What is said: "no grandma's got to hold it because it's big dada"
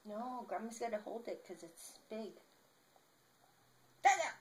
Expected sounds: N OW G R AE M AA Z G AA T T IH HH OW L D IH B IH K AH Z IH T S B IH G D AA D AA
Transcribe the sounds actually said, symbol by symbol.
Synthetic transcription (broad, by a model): N OW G R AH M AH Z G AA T T IH HH OW L D IH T K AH Z IH T S B IH G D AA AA